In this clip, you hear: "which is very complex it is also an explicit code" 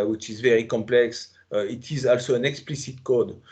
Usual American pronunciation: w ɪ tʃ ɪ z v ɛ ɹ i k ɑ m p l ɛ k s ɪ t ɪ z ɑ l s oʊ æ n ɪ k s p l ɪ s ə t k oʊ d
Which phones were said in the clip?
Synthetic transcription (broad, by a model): w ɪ tʃ ɪ z v ɛ ɹ i k ɑ m p l ɛ k s ɪ t ɪ z ɑ l s oʊ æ n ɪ k s p l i s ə t k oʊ d